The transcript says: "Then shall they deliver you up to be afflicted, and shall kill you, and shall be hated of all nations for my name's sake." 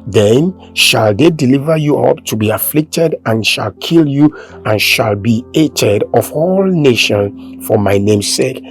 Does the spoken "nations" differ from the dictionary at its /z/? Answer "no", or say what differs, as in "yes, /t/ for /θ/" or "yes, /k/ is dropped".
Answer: yes, /z/ is dropped